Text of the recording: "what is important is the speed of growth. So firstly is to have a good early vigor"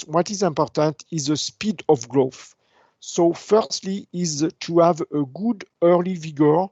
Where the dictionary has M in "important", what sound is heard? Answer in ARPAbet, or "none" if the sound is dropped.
M